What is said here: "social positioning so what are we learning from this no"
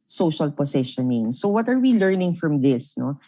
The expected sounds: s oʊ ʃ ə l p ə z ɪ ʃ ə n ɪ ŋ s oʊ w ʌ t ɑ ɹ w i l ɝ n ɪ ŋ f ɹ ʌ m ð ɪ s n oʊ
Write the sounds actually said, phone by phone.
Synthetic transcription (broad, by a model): s oʊ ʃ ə l p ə s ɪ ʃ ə n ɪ ŋ s oʊ w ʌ t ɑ ɹ w i l ɝ n ɪ ŋ f ɹ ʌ m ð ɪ s n oʊ